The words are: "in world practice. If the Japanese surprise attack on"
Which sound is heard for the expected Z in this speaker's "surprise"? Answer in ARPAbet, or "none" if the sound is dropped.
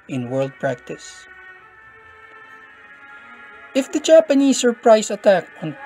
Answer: S